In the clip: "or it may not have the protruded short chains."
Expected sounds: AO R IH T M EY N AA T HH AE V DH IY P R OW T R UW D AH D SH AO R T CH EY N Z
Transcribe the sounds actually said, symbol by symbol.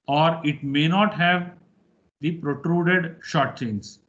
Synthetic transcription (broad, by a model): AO R IH T M EY N AA T HH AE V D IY P R OW T R UW D AH D SH AO R T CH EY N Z